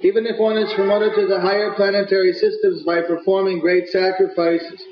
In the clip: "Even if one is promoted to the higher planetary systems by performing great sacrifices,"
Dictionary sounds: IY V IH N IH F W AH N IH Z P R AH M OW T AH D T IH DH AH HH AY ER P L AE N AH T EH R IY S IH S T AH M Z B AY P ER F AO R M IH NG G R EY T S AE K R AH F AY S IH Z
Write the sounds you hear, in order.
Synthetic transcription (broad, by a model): IY V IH N IH F W AH N IH Z P R AH M OW T AH D T IH DH AH HH AY ER P L AE N AH T EH R IY S IH S T AH M Z B AY P ER F AO R M IH NG G R EY T S AE K R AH F AY S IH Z